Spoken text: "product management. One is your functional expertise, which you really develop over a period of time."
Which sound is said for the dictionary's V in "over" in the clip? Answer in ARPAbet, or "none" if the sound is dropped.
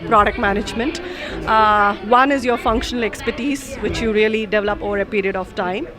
V